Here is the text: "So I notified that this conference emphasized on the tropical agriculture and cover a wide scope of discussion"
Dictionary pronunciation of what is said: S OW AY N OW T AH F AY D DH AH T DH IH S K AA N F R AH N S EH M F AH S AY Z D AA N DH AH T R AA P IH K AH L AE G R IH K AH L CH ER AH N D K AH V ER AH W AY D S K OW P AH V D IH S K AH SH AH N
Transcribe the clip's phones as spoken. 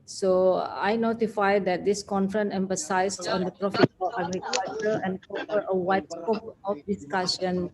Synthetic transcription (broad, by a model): S OW AY N OW T AH F AY D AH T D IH S K AA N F R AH N EH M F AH S AY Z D AA N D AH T R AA F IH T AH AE G R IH K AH L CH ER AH N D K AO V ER AH W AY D S K OW P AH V D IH S K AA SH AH N